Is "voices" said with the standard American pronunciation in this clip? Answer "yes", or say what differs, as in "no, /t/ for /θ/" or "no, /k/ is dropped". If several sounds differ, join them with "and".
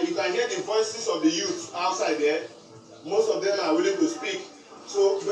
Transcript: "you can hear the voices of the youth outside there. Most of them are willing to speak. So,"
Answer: no, /s/ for /z/